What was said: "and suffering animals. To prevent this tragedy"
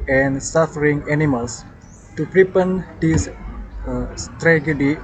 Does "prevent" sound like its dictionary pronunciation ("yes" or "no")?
no